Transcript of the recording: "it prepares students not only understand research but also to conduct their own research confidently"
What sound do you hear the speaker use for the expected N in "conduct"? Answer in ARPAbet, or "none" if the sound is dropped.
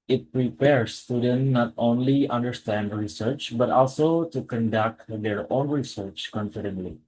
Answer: N